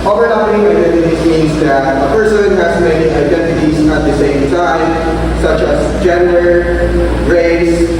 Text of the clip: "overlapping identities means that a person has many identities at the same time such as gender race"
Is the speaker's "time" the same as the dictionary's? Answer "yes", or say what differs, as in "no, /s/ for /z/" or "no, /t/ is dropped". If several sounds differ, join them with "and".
no, /s/ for /t/